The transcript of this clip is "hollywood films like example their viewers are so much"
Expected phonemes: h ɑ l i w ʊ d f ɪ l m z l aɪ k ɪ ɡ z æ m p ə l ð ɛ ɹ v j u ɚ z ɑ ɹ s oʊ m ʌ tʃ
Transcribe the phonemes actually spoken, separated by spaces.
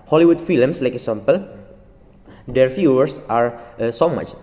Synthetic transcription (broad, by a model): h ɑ l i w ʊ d f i l m s l aɪ k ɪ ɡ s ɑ m p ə l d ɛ ɹ f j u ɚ s ɑ ɹ s oʊ m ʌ tʃ